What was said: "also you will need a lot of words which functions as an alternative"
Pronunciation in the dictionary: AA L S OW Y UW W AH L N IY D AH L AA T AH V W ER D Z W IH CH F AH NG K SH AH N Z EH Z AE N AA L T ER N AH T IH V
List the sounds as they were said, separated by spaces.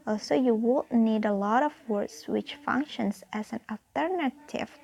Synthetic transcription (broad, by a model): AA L S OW Y UW W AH N N IY D AH L AA T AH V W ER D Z W IH CH F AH NG K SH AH N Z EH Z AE N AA L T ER N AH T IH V